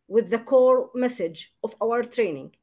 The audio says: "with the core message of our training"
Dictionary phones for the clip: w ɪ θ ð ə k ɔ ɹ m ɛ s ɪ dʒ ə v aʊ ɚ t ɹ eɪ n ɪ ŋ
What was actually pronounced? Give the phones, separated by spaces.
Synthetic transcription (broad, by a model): w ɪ ð ə k ɔ ɹ m ɛ s ɪ dʒ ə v aʊ ɚ t ɹ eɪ n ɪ ŋ